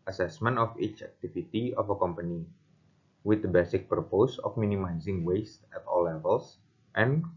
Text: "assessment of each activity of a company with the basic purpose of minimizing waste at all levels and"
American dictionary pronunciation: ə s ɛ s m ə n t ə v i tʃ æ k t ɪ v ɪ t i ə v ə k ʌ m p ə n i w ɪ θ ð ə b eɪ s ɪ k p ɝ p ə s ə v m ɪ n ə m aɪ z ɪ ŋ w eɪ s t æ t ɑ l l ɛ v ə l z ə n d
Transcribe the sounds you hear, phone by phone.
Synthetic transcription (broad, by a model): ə s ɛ s m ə n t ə f i tʃ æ k t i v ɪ t i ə f ə k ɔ m p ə n i w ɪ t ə b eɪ s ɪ k p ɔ p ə s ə f m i n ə m aɪ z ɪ ŋ w eɪ s t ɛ t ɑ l l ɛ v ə l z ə n